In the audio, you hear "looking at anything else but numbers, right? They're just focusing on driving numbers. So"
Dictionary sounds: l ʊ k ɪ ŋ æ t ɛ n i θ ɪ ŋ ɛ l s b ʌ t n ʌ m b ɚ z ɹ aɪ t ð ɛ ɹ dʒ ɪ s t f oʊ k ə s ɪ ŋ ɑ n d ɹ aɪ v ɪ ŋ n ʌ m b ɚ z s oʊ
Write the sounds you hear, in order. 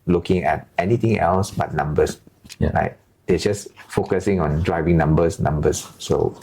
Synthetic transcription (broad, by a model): l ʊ k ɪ ŋ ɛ t ɛ n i t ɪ ŋ ɛ l s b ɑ t n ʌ m b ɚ s ɹ aɪ t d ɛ dʒ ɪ s f oʊ k ə s ɪ ŋ ɑ n d ɹ aɪ v ɪ ŋ n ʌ m b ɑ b s oʊ